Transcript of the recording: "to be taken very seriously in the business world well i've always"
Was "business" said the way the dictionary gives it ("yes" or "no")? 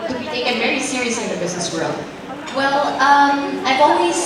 yes